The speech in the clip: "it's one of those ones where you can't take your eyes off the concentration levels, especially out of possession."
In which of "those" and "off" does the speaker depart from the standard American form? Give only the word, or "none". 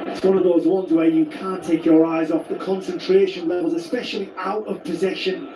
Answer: none